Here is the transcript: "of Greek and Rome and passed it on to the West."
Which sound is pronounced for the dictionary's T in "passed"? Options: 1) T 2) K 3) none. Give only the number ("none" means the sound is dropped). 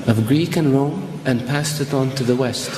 1